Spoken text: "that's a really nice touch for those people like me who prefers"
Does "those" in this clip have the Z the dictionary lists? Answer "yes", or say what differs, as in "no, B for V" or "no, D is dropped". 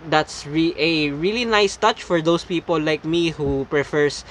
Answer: no, S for Z